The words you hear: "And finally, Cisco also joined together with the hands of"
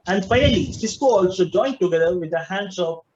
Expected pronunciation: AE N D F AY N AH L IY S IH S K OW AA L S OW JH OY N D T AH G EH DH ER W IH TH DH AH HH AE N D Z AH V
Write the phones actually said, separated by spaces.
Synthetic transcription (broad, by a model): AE N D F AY AH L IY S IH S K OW AA L S OW JH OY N T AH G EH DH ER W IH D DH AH HH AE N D S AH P